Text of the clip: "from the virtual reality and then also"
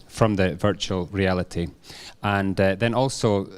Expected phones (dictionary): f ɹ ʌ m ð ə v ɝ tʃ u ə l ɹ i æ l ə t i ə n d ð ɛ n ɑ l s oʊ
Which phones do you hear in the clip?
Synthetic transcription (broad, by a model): f ɹ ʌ m ð ə v ɝ tʃ u ə l ɹ i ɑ l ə t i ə n ð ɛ n ɑ l s oʊ